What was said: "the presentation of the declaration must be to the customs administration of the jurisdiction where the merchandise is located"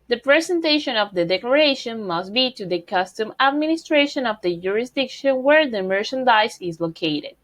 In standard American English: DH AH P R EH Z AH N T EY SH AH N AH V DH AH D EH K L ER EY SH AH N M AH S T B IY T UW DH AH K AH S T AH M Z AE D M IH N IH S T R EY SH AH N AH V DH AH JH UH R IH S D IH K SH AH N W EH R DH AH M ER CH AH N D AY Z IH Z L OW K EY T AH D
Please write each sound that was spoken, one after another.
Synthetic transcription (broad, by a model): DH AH P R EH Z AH N T EY SH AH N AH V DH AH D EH K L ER EY SH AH N M AH S T B IY T UW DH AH K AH S T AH M AE D M IH N IH S T R EY SH AH N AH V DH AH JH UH R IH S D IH K SH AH N W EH R DH AH M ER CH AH N D AY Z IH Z L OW K EY T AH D